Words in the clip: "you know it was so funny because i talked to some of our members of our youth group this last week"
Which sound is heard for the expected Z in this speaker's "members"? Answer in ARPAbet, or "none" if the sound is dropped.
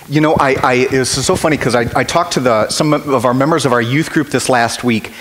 Z